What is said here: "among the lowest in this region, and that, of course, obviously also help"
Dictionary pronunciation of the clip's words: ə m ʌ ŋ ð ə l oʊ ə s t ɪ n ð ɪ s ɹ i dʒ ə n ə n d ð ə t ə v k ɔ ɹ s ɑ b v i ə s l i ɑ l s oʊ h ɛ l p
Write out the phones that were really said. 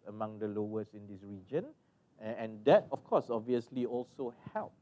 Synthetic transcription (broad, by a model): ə m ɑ ŋ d ə l oʊ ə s ɪ n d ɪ s ɹ i dʒ ə n ə n d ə t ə f k ɔ s ɑ b v i ə s l i ɑ l s oʊ h ɛ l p